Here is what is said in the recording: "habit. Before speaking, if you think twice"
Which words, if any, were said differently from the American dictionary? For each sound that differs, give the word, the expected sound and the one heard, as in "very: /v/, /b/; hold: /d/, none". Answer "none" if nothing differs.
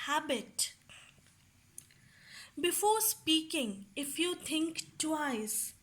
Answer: think: /θ/, /t/